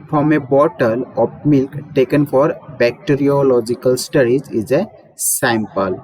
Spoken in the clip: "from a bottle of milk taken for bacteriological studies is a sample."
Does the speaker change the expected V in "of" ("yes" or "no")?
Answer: yes